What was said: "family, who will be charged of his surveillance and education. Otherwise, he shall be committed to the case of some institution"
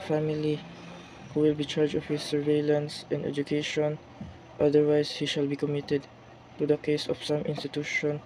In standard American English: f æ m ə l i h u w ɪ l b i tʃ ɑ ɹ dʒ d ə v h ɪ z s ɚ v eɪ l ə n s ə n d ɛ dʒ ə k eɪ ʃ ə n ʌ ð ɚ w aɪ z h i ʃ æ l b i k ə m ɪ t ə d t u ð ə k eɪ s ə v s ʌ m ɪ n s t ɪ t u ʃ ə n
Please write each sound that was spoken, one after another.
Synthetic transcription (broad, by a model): f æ m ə l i h u w ɪ l b i tʃ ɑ ɹ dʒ ə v h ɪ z s ɚ v eɪ l ə n s ə n d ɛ dʒ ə k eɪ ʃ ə n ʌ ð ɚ w aɪ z h i ʃ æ l b i k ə m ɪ t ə d t u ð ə k eɪ s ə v s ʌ m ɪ n s t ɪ t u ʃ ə n